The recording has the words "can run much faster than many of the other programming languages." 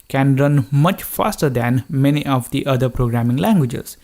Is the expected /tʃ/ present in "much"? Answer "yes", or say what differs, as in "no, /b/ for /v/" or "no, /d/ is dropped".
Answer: yes